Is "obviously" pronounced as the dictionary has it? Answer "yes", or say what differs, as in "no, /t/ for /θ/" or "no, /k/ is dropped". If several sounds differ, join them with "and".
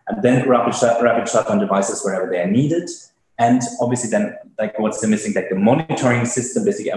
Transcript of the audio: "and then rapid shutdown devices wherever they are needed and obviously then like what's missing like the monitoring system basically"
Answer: yes